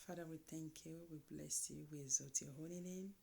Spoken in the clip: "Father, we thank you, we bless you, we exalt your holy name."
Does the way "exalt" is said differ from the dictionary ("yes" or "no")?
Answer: yes